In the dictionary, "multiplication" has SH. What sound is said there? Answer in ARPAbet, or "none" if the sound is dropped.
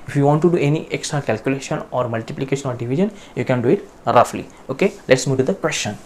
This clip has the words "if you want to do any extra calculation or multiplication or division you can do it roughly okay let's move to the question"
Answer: SH